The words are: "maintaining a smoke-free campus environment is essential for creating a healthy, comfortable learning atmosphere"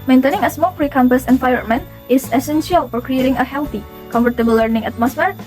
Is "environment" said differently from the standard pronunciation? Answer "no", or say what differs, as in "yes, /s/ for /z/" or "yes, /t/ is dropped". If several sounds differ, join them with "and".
yes, /f/ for /v/ and /ɹ/ is dropped and /t/ is dropped